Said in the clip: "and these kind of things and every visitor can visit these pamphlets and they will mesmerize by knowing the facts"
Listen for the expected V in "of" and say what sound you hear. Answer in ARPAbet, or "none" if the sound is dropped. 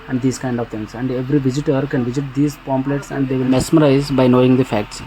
V